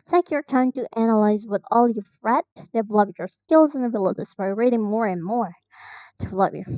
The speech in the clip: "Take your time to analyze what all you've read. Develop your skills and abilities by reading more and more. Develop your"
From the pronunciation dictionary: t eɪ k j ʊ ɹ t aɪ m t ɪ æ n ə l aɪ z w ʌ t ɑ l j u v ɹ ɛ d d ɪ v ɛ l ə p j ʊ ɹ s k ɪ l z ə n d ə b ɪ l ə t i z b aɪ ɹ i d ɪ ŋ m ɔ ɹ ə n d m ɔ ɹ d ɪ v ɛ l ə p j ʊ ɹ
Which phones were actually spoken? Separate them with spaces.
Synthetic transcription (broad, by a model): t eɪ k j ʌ ɹ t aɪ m t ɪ æ n ə l aɪ z w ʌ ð ɑ l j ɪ f ɹ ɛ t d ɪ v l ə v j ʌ ɹ s k ɪ l z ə n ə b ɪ l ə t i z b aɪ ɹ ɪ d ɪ ŋ m ɔ ɹ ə n m ɔ ɹ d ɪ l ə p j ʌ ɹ